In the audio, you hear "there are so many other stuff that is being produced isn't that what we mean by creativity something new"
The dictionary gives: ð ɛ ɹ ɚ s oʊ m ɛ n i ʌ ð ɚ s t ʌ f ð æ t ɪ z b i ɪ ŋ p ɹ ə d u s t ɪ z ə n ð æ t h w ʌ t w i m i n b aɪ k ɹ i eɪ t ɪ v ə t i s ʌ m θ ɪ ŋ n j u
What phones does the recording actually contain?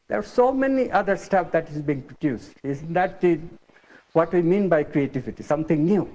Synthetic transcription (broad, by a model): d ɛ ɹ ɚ s oʊ m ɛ n i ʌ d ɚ s t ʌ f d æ t ɪ z b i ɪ ŋ p ɹ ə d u s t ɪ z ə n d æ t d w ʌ t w i m i n b aɪ k ɹ i eɪ t ɪ v ə t i s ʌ m t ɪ ŋ n j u